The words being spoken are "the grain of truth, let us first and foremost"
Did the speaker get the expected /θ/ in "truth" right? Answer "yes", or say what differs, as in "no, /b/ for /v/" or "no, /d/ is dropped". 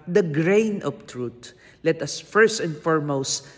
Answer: no, /t/ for /θ/